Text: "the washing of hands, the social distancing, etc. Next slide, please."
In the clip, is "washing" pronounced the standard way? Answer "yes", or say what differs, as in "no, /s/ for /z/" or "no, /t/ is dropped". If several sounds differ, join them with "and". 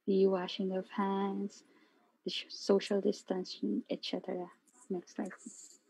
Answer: yes